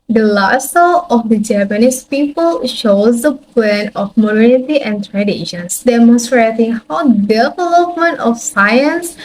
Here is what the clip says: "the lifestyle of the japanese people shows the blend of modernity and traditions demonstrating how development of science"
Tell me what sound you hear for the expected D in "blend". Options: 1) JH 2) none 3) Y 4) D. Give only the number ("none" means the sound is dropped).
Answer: 2